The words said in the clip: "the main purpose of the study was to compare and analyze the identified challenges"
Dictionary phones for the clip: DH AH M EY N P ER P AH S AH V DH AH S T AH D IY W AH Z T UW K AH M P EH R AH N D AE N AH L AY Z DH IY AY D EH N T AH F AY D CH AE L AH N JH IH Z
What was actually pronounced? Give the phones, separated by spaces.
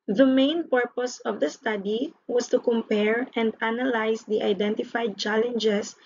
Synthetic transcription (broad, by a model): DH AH M EY N P ER P AH S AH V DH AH S T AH D IY W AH S T UW K AH M P EH R AH N D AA N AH L AY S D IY AY D EH N T AH F AY D CH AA L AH N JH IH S